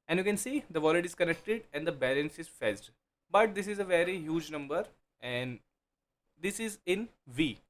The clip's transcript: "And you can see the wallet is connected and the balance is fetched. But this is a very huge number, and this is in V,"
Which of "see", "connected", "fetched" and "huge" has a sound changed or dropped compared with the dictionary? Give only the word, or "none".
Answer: fetched